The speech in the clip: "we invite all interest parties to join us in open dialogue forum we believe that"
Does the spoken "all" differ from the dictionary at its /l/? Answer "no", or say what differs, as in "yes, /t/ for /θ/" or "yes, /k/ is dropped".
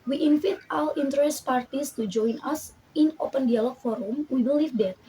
yes, /w/ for /l/